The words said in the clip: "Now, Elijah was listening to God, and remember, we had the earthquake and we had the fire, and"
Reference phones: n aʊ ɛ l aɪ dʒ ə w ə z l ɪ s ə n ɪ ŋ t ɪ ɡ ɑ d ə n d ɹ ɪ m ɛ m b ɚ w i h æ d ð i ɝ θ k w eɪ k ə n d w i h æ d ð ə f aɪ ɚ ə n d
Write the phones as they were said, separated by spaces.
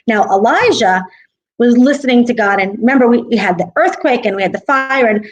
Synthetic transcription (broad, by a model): n aʊ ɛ l aɪ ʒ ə w ə z l ɪ s ə n ɪ ŋ t ɪ ɡ ɑ d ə n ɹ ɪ m ɛ m b ɚ w i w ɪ d ð i ɝ θ k w eɪ k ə n w i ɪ d ð ə f aɪ ɚ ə n